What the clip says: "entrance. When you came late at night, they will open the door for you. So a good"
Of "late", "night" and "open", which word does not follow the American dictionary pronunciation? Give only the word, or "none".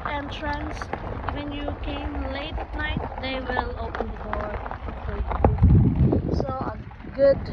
late